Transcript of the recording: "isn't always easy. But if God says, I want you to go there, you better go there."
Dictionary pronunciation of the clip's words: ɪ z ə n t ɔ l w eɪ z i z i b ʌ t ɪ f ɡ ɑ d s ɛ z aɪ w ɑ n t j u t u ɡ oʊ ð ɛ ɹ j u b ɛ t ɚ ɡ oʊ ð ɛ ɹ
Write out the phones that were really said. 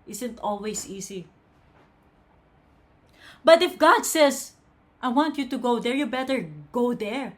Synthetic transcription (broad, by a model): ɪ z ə n t ɔ l w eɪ s i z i b ʌ t ɪ f ɡ ɑ d s ɛ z aɪ w ɑ n t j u t u ɡ oʊ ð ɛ ɹ j u b ɛ t ɚ ɡ oʊ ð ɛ ɹ